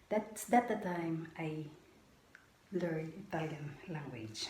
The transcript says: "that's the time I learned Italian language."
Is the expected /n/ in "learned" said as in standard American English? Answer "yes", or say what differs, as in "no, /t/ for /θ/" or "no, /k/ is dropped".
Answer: no, /n/ is dropped